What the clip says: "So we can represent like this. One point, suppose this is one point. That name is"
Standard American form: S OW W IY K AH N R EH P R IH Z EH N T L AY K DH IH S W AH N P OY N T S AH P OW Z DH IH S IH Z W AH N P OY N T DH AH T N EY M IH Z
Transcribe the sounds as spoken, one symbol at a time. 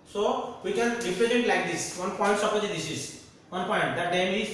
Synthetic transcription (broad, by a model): S OW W IY K AH N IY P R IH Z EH T L AY K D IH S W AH N P OY N T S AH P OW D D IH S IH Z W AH N P OY N T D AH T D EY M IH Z